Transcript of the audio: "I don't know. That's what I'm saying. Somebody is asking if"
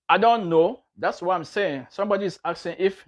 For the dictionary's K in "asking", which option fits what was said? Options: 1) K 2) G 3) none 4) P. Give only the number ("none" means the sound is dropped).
3